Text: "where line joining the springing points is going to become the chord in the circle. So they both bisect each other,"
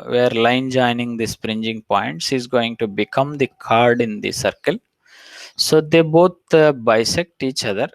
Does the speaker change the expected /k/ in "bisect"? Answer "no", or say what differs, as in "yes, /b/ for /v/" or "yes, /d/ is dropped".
no